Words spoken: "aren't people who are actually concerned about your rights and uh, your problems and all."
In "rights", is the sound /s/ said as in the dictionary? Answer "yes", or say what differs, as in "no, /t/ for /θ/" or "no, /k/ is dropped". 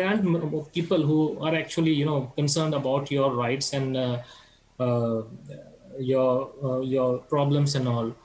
yes